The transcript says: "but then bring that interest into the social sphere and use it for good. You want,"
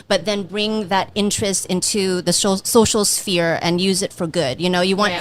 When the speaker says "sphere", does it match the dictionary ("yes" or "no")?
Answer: yes